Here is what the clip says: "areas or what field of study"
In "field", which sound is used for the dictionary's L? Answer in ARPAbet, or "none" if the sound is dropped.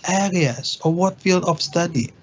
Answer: L